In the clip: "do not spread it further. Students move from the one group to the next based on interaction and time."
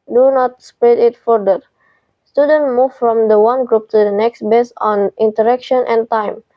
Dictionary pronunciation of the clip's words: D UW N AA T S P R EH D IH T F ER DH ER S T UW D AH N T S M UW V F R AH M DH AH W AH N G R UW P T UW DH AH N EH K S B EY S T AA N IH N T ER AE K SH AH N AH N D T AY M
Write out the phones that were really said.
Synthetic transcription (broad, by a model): D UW N AA T S P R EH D IH T F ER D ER S T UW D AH N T M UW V F R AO M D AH W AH N G R UW P T UW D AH N EH K S B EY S AA N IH N T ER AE K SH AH N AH N T AY M